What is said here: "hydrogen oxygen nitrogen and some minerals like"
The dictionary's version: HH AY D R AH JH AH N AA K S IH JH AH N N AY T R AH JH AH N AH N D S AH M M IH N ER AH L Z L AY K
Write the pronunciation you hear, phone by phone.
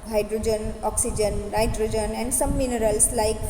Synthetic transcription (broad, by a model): HH AY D R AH JH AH N AA K S IH JH AH N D AY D R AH JH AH N AH N D S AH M M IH N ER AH L S L AY K